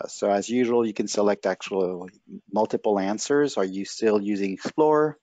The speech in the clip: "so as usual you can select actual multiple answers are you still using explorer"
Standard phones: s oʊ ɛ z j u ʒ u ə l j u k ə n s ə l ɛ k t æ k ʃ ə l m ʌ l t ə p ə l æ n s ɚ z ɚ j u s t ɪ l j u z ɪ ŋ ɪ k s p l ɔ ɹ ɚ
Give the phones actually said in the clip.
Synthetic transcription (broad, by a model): s oʊ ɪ z j u ʒ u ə l j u k ə n s ə l ɛ k t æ k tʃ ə l m ʌ l t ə p l æ n s ɚ z ɚ j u s t ɪ l j u z ɪ ŋ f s l ɔ ɹ